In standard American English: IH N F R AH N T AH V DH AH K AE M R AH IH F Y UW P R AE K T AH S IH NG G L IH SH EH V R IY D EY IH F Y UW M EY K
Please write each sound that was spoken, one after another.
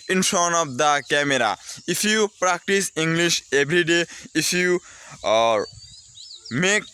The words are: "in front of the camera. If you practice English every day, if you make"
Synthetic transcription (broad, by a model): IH N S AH N AH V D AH K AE M R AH IH F Y UW P R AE K T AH S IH NG G L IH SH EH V R IY D EY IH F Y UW M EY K